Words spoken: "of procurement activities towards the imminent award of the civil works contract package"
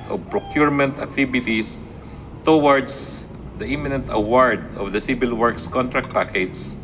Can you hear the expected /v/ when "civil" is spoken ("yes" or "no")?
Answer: no